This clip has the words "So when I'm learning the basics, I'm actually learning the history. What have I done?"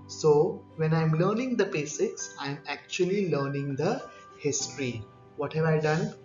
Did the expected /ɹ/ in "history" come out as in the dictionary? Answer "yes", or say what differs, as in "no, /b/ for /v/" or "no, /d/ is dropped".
yes